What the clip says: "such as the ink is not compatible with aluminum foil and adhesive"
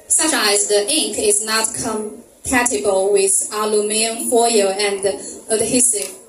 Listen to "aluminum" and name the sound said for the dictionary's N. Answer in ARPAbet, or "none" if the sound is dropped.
none